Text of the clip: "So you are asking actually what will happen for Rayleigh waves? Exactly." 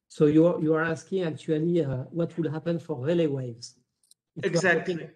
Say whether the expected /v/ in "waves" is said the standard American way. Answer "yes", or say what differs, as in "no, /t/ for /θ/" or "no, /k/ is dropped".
yes